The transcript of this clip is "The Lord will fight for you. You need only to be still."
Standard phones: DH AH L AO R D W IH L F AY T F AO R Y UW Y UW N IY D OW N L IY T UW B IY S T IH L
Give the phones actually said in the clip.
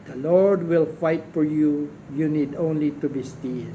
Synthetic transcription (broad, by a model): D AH L AO R D W IH L F AY T F AO R Y UW Y UW N IY D OW N L IY T UW B IY S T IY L